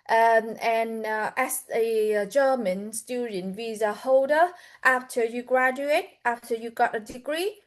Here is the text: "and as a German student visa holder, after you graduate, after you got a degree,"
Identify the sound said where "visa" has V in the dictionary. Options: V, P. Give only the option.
V